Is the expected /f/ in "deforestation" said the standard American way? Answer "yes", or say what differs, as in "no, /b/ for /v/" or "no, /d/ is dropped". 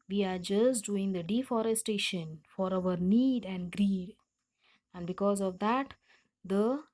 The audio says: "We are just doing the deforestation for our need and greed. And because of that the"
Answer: yes